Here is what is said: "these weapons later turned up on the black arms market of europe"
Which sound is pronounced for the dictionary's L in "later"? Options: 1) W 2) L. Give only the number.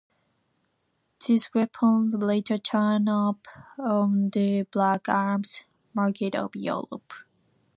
2